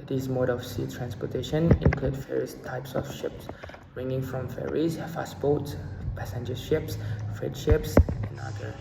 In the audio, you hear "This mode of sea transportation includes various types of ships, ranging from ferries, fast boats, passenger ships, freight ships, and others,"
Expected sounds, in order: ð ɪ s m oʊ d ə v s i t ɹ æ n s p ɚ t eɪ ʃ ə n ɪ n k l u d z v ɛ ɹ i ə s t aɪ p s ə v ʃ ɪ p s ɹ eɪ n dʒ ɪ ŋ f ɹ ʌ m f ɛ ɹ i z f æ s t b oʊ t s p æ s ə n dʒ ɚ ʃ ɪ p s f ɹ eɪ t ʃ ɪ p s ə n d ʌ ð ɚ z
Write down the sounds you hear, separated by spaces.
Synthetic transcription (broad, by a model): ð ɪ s m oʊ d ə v s i t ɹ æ n s p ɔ t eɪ ʃ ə n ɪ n k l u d v ɛ ɹ i ə s t aɪ p s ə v ʃ ɪ p s ɹ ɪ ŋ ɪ ŋ f ɹ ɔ m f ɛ ɹ i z f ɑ s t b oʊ t s p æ s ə n dʒ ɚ ʃ ɪ p s f ɹ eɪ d ʃ ɪ p s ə n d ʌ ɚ